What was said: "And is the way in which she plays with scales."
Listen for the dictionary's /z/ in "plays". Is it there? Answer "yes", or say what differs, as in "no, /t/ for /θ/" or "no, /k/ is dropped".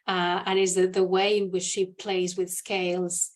yes